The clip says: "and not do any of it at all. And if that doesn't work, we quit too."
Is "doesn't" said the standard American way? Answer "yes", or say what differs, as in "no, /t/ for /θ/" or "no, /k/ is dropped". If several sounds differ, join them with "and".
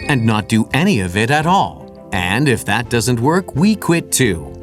yes